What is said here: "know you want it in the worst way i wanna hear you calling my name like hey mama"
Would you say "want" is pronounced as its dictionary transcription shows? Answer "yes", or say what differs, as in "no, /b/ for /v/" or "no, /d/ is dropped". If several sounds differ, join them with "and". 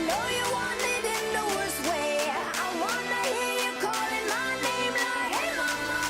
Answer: no, /t/ is dropped